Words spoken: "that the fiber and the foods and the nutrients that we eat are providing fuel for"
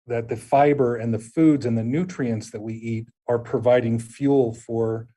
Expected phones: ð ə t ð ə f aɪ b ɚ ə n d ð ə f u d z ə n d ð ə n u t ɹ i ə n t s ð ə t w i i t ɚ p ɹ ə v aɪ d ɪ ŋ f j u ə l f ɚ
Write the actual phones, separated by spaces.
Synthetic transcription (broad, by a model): ð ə t ð ə f aɪ b ɚ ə n ð ə f u d z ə n ð ə n u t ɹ i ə n t s ð ə t w i i t ɚ p ɹ ə v aɪ d ɪ ŋ f j u l f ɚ